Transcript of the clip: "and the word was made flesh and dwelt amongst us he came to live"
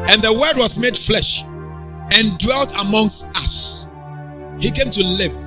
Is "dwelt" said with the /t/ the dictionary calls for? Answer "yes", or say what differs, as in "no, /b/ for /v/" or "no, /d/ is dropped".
yes